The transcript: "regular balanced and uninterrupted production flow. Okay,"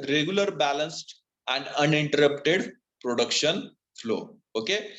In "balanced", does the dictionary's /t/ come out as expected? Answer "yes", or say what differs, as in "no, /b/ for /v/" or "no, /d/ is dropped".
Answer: yes